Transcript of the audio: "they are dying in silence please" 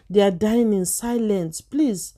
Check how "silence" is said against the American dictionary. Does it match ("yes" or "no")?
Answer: yes